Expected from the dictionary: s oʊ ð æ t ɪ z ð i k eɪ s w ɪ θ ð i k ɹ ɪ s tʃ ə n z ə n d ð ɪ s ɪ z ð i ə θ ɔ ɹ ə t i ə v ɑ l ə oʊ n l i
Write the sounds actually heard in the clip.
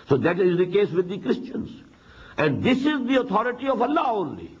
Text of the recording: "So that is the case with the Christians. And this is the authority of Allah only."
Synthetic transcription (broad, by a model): s oʊ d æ t ɪ z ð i k eɪ s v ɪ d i k ɹ ɪ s tʃ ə n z ə n d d ɪ s ɪ z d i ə t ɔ ɹ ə t i ə v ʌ l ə oʊ n l i